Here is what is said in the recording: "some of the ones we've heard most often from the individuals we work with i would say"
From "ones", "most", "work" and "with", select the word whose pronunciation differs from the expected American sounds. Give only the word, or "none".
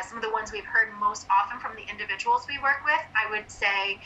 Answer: none